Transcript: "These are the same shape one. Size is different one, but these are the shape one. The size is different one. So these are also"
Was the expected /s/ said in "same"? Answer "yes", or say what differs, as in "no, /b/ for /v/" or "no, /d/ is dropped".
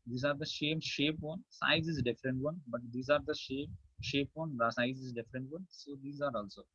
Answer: no, /ʃ/ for /s/